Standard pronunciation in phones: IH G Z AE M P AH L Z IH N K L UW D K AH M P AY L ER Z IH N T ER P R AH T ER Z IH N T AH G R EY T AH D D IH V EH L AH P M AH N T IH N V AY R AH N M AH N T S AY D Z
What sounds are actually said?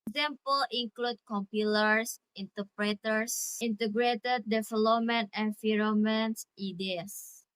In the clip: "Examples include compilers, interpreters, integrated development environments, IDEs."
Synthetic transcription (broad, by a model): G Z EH M P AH L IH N K L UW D K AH M P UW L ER S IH N T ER P R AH T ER S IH N T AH G R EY T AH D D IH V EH L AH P M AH N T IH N F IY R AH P M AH N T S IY D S